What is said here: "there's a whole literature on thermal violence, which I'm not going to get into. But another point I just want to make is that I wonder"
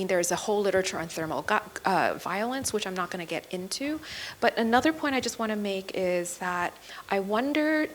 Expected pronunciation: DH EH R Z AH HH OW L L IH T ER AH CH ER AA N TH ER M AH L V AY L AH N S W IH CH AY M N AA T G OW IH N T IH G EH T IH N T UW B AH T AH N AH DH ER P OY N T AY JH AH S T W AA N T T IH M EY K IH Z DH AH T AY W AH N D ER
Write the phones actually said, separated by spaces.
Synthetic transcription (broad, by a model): DH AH R Z AH HH OW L L IH T ER AH CH ER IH N TH ER M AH V AY L AH N S W IH CH AY M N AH T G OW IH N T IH G EH T IH N T UW B AH T AH N AH DH ER P OY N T AY JH AH S T W AA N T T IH M EY K IH Z DH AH T AY W AH N D ER